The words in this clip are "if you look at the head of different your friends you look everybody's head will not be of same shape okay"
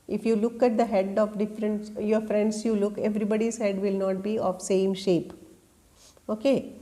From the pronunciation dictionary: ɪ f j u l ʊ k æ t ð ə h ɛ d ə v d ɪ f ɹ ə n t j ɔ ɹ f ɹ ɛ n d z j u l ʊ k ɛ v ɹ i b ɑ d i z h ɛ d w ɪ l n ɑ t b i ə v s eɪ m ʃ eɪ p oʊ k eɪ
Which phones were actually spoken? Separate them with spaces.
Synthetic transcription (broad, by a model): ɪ f j u l ʊ k æ t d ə h ɛ d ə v d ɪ f ɹ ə n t j ɔ ɹ f ɹ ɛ n d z j u l ʊ k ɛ v ɹ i b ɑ d i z h ɛ d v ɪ l n ɑ t b i ə v s eɪ m ʃ eɪ p oʊ k eɪ